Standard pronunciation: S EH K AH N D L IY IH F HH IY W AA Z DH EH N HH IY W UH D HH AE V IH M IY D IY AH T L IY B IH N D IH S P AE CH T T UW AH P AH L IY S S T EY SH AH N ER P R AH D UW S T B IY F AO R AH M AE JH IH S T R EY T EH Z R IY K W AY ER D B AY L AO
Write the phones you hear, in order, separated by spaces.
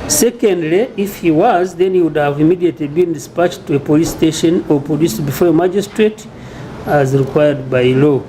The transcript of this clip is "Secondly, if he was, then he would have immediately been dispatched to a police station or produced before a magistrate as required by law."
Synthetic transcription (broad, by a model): S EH K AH N D L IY IH F HH IY W AA Z DH EH N HH IY W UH D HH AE V IH M IY D IY AH T L IY B IH N D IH S P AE CH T T UW AH P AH L IY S S T EY SH AH N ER P AH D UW S B IY F AO R AH M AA JH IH S T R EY T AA Z R IY K W AY ER D B AY L AO